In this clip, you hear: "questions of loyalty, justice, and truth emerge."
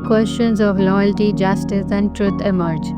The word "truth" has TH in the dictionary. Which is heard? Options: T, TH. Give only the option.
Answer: T